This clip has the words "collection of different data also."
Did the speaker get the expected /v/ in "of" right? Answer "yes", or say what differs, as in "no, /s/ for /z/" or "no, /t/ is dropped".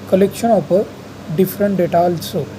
no, /p/ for /v/